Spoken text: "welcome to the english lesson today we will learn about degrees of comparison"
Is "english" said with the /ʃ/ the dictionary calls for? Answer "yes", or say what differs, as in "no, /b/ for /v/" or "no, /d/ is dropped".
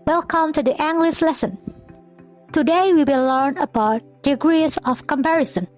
no, /s/ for /ʃ/